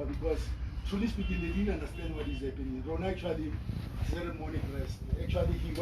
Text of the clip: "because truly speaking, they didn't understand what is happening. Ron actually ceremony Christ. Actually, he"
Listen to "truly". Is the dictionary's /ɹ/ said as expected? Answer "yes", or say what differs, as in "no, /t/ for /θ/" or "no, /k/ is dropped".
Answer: no, /ɹ/ is dropped